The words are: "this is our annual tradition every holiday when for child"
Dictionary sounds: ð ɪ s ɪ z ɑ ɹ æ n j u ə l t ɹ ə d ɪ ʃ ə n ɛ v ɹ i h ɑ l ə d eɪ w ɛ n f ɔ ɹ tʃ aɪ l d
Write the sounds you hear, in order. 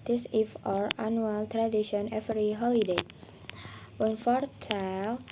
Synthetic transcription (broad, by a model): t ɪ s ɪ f ɑ ɹ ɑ n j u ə l t ɹ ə d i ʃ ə n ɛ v ɹ i h ɑ l ə d eɪ w ɛ n f ɔ ɹ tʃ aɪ l